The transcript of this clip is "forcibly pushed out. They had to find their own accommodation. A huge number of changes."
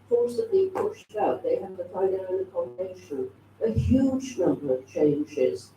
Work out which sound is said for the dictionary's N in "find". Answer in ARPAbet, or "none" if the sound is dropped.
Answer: none